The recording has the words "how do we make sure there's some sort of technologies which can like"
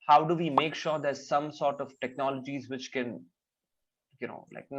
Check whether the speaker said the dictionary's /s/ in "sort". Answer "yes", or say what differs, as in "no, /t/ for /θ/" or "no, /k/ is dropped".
yes